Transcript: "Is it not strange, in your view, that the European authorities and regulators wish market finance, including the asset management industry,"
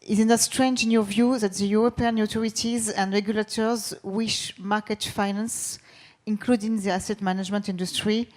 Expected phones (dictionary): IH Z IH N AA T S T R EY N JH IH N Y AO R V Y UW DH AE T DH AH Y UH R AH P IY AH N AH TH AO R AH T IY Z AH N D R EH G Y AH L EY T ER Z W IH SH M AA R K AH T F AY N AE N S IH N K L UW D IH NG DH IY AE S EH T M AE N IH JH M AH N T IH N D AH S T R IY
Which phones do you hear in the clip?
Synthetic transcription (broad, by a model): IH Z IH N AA S T R EY N JH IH N Y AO V Y UW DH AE T DH AH Y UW R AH P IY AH N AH T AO R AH T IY Z AH N D R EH G Y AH L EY T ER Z W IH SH M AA K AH T F AY N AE N S IH N K L UW D IH NG DH IY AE S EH T M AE N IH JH M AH N T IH N D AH S T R IY